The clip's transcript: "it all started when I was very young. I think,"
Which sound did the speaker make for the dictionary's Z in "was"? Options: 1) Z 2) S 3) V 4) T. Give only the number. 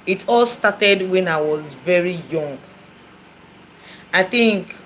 1